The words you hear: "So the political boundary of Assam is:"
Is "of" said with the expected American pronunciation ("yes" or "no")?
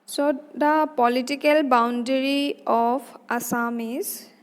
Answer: no